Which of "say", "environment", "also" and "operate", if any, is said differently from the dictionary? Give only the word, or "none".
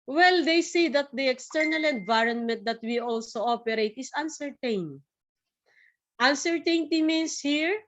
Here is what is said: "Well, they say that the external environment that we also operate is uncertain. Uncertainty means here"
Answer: none